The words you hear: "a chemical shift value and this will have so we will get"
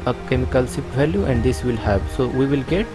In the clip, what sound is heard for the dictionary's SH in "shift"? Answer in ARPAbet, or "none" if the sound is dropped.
S